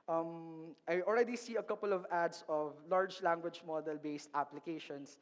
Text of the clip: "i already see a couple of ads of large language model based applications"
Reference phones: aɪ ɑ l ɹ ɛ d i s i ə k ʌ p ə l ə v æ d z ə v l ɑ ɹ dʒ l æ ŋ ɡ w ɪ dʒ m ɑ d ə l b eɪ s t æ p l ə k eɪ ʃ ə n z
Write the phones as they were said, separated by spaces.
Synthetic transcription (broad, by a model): aɪ ɑ l ɹ ɛ d i s i ə k ʌ p ə l ə v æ d s ə v l ɑ ɹ dʒ l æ ŋ ɡ w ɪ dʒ m ɑ d ə l b eɪ s t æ p l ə k eɪ ʃ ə n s